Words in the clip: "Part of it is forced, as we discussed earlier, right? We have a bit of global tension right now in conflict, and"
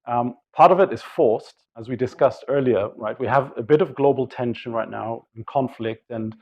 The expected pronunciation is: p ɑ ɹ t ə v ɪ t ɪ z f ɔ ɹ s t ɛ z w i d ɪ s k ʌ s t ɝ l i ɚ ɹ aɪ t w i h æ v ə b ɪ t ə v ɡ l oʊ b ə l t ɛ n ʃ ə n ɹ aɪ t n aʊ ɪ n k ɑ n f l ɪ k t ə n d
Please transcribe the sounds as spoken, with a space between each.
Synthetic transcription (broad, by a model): p ɑ ɹ t ə v ɪ t ɪ z f ɔ ɹ s t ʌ z w i d ɪ s k ʌ s t ɝ l i ɚ ɹ aɪ t w i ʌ v ə b ɪ t ə v ɡ l oʊ b l t ɛ n ʃ ə n ɹ aɪ t n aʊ ɪ n k ɑ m f l ɪ k t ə n